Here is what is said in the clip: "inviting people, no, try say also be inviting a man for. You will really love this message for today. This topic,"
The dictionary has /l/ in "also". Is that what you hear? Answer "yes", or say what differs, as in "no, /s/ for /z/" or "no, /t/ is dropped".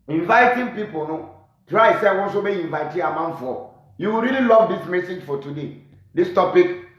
no, /n/ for /l/